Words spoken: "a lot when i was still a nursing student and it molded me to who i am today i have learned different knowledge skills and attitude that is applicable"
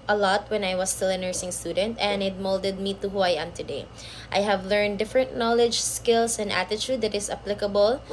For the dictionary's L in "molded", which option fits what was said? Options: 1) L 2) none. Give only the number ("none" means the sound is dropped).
1